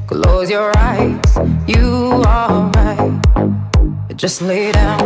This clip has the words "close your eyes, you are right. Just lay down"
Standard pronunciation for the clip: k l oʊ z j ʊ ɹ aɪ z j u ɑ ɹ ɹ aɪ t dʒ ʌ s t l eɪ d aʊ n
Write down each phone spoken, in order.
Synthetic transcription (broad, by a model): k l oʊ z j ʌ ɹ aɪ z j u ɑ l ɹ aɪ t dʒ ʌ s t l eɪ d aʊ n